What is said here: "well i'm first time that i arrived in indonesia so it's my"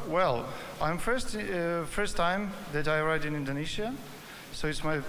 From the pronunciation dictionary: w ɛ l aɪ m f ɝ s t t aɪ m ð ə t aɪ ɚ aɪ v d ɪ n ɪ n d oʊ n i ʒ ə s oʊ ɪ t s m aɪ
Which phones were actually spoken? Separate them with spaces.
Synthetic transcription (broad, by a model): w ɛ l aɪ m f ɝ s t t aɪ m ð ə t aɪ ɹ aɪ d ɪ n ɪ n d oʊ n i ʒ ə s oʊ ɪ t s m aɪ